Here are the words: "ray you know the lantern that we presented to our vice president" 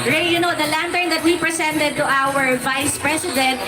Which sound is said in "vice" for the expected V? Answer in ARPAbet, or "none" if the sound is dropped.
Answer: V